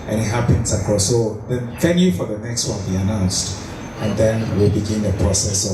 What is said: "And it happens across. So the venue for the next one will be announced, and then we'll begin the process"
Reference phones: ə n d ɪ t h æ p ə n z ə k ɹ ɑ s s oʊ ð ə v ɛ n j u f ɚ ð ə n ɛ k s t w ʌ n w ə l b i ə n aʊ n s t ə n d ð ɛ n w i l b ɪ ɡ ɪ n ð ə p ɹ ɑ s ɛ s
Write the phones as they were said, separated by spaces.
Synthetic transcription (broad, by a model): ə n ɪ t h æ p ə n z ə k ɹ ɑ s s oʊ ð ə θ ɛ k j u f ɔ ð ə n ɛ k s t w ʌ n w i ə n aʊ n s t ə n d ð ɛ n w i l b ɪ ɡ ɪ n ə p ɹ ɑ s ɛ s